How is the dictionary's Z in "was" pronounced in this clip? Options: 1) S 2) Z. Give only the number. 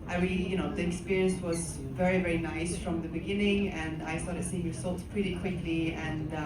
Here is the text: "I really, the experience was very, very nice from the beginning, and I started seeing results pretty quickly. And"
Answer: 2